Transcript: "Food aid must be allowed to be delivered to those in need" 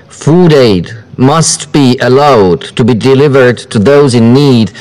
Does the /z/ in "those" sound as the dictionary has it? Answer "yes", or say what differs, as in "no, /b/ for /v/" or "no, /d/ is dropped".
yes